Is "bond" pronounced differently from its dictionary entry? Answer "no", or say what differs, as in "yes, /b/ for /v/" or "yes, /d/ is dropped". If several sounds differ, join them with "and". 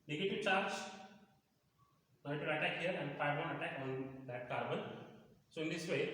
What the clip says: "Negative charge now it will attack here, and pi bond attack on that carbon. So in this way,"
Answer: yes, /d/ is dropped